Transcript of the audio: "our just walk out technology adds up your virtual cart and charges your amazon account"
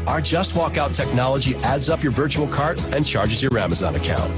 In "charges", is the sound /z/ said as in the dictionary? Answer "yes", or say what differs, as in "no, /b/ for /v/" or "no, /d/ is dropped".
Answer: yes